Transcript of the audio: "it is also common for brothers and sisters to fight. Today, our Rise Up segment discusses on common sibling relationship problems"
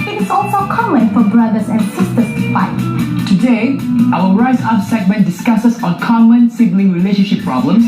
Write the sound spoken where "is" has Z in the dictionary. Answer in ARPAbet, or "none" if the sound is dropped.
S